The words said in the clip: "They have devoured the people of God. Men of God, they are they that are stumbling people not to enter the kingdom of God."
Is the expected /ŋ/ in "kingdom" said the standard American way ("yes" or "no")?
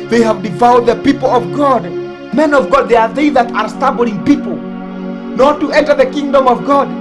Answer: yes